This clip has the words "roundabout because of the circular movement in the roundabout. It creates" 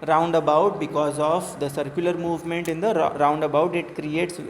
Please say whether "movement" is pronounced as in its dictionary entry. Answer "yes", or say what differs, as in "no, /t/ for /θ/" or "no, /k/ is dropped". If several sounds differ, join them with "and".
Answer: yes